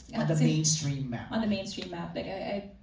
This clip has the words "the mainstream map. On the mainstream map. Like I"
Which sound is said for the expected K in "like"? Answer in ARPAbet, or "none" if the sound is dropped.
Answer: none